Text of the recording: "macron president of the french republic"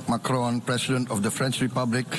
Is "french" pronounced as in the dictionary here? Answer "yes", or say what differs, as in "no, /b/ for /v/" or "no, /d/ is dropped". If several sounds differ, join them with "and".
yes